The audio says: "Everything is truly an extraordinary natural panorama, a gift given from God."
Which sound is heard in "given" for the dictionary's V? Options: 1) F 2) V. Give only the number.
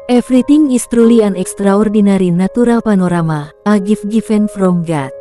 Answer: 1